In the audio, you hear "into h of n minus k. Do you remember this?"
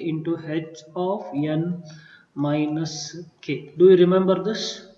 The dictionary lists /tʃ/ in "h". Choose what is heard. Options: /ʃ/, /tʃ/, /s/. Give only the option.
/s/